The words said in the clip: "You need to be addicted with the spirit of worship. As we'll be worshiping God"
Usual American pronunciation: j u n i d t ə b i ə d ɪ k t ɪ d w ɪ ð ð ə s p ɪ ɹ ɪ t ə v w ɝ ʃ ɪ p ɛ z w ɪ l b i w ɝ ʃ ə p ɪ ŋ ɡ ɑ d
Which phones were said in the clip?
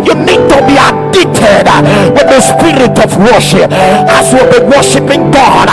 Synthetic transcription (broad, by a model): j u n i d t ə b i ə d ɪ t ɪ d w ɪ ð ð ə s p ɪ ɹ ɪ t ə v w ɝ ʃ ɪ p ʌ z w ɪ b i w ɝ ʃ ə p ɪ ŋ ɡ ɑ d